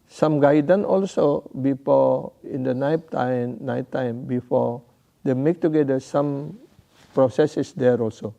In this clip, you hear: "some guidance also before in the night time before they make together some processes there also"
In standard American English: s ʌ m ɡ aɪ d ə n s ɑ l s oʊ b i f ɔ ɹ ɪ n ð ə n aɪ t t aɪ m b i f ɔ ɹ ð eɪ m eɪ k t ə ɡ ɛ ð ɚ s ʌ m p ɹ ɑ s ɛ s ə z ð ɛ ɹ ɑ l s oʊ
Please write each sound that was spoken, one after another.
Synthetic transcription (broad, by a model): s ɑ m ɡ aɪ d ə n ɑ l s oʊ b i f ɔ ɪ n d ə n aɪ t t aɪ m b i f ɔ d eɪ m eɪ k t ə ɡ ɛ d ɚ s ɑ m p ɹ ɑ s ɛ s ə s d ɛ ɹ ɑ l s oʊ